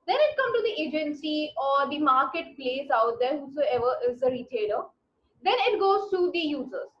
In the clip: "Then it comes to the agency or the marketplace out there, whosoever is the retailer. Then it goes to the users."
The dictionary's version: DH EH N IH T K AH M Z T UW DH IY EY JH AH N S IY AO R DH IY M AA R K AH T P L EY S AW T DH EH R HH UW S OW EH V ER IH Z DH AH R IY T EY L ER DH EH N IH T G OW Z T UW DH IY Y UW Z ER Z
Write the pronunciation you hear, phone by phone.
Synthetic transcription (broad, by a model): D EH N IH T K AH M T UW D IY EY JH AH N S IY AO R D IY M AA R K AH T P L EY S AW T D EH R HH UW S OW EH V ER IH Z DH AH R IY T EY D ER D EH N IH T G OW Z T UW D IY Y UW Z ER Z